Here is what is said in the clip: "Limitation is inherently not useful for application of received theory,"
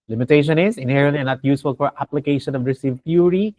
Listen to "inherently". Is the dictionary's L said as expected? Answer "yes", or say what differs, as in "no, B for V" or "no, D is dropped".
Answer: no, L is dropped